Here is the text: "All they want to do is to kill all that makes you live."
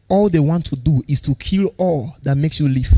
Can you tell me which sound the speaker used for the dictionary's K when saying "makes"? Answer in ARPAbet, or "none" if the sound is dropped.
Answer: K